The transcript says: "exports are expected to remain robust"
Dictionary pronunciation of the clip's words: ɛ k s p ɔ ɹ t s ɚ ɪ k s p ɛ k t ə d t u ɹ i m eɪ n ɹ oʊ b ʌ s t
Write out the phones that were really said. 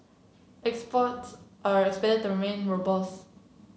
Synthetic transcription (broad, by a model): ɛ k s p ɔ t s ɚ ɪ k s p ɛ k t ə d t u ɹ i m eɪ n ɹ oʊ b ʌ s